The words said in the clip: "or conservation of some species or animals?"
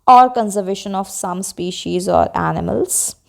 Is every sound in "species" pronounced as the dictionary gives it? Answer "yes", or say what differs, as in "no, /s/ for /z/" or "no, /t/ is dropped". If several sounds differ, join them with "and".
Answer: yes